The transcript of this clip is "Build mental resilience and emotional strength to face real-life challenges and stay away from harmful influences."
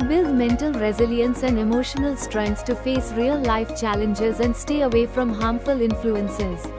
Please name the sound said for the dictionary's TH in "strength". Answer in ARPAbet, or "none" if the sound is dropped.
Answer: S